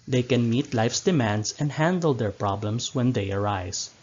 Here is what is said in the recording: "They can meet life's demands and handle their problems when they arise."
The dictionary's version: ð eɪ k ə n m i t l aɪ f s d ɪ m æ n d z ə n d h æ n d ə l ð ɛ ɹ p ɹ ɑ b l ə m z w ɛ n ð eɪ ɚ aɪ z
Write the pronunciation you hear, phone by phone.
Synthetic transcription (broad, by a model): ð eɪ k ə n m i t l aɪ f s d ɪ m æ n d s ə n d h æ n d ə l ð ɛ ɹ p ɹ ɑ b l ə m s w ɛ n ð eɪ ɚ aɪ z